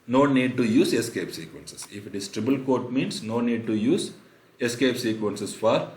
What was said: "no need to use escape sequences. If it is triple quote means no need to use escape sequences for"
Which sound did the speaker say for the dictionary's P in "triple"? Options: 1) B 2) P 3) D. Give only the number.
1